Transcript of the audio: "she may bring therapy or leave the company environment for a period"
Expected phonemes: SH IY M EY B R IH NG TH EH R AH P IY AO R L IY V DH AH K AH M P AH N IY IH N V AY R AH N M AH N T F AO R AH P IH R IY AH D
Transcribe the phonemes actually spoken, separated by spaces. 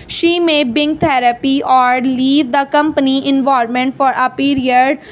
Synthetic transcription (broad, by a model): SH IY M EY B IH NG T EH R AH P IY AO R L IY V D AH K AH M P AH N IY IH N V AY R M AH N T F AO R AH P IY R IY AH D